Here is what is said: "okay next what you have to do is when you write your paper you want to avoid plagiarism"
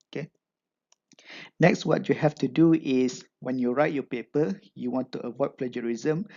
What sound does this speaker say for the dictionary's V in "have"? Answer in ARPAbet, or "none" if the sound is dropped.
F